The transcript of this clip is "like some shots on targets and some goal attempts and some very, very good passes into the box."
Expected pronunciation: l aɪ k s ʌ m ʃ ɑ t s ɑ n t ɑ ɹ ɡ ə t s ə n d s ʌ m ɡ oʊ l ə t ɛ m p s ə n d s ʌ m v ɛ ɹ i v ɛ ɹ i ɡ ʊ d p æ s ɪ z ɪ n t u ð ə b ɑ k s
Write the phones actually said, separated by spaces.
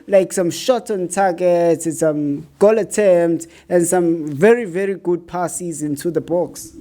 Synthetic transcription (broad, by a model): l aɪ k s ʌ m ʃ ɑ t ɑ n t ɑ ɡ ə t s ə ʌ m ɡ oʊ l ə t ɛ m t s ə n s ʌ m v ɛ ɹ i v ɛ ɹ i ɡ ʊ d p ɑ s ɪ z ɪ n t u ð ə b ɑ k s